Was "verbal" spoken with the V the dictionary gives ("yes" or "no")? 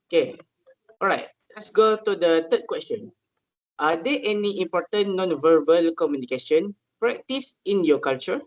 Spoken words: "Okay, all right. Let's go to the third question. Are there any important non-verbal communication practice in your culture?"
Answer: yes